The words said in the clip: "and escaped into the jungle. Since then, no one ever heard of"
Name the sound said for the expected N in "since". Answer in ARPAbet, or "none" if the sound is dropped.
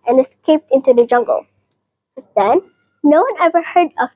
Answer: none